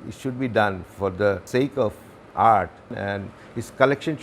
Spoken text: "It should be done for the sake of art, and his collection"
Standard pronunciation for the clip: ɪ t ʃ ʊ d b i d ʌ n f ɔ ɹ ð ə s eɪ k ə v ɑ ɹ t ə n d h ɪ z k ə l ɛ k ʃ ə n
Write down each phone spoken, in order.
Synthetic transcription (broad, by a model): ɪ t ʃ ʊ d b i d ʌ n f ɔ ɹ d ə s eɪ k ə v ɑ ɹ t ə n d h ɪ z k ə l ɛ k ʃ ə n